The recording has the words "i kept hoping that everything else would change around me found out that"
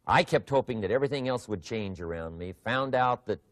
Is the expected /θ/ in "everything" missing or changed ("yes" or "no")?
no